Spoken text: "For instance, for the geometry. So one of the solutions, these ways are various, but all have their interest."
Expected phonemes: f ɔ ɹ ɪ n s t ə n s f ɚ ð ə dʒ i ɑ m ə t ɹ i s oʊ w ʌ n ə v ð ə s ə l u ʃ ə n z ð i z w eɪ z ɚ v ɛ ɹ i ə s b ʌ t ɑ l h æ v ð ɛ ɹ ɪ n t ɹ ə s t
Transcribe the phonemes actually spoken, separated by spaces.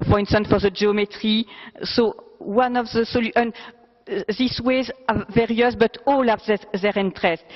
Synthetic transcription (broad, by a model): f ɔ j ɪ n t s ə n f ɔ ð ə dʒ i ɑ m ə t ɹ i s oʊ w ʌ n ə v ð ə s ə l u ə n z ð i s w eɪ z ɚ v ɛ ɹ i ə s b ʌ t ɑ l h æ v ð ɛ ɹ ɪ n t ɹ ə s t